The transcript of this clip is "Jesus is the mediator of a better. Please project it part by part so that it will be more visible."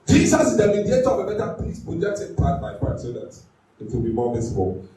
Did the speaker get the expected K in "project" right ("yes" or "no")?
no